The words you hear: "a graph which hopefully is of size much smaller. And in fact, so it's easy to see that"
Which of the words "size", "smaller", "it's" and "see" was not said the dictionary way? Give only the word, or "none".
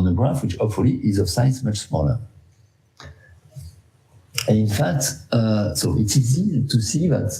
size